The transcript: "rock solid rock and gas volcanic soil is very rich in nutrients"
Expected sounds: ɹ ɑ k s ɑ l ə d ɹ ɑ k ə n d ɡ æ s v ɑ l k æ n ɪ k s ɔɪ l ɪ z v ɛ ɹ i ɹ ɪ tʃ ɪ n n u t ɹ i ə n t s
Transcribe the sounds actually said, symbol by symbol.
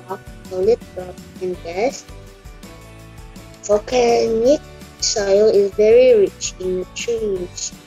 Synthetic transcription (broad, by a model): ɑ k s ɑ l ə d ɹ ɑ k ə n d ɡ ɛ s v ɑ k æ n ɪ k s ɔɪ l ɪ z v ɛ ɹ i ɹ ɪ tʃ ɪ n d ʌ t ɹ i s